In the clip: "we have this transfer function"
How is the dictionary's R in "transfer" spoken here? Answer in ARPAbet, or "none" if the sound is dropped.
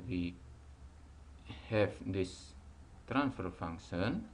R